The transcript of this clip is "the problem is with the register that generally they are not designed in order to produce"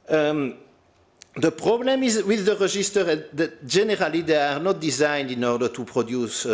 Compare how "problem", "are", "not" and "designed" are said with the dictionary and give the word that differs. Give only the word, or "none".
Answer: none